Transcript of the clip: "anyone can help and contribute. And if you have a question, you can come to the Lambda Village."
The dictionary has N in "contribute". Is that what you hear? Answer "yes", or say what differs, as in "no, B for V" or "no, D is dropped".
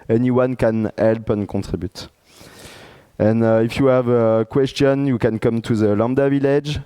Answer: no, N is dropped